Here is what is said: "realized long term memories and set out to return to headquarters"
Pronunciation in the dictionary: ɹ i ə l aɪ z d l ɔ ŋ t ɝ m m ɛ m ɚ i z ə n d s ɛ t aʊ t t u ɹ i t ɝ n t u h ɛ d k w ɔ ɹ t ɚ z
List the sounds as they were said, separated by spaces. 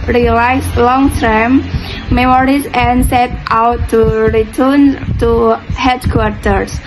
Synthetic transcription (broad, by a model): ɹ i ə l aɪ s l ɔ ŋ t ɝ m m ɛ m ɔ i s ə n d s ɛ t aʊ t t u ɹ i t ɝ n t u h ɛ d k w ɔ ɹ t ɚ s